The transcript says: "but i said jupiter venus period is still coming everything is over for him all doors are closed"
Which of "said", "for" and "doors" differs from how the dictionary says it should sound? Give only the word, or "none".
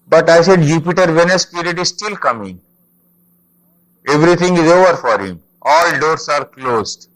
doors